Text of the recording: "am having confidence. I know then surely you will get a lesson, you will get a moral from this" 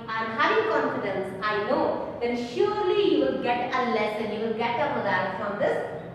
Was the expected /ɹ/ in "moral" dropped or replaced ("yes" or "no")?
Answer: yes